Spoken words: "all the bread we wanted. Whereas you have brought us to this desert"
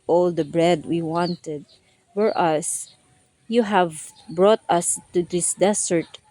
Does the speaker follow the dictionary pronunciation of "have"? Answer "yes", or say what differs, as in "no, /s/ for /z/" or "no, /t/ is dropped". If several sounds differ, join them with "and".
yes